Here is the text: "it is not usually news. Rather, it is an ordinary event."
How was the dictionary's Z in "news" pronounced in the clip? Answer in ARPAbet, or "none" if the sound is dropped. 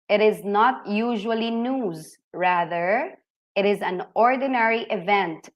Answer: Z